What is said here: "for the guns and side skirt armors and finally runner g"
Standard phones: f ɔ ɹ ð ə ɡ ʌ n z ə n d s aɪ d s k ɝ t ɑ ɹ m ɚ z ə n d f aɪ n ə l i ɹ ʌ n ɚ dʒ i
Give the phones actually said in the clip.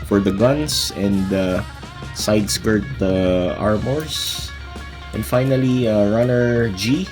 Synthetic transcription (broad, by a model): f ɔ ɹ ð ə ɡ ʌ n s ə n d s aɪ d s k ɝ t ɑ ɹ m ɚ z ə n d f aɪ n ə l i ɹ ʌ n ɚ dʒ i